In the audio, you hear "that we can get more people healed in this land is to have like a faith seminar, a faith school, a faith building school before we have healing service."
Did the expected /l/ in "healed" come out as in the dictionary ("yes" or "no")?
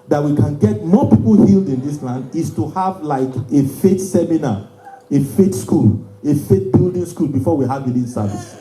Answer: yes